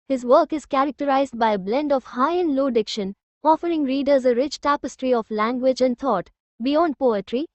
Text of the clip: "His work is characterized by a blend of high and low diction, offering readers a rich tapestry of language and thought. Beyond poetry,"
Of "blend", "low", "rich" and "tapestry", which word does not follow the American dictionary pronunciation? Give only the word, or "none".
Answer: none